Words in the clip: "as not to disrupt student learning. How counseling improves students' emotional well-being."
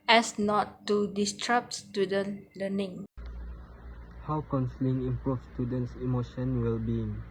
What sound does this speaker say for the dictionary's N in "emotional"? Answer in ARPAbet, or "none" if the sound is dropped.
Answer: none